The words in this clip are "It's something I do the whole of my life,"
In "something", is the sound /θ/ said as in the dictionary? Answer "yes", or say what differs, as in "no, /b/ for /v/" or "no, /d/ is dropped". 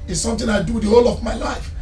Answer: no, /t/ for /θ/